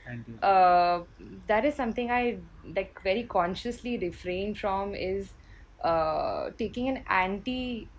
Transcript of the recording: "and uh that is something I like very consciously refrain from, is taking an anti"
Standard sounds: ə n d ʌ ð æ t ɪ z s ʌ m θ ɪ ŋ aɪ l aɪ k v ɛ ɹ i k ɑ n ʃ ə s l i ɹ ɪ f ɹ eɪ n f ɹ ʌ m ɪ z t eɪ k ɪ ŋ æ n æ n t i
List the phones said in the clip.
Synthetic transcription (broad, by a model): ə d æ t ɪ z s ʌ m t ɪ ŋ aɪ l aɪ k v ɛ ɹ i k ɑ n ʃ ə s l i ɹ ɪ f ɹ eɪ n f ɹ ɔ m ɪ z t eɪ k ɪ ŋ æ n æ n t i